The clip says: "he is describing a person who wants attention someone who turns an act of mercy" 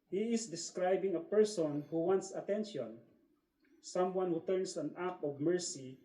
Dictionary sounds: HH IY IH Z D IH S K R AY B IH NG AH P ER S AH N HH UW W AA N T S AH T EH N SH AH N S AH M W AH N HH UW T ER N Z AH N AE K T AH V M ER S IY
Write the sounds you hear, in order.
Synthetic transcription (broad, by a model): HH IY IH S D IH S K R AY B IH NG AH P ER S AH N HH UW W AA N T S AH T EH N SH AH N S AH M W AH N HH UW T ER N S AH N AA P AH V M ER S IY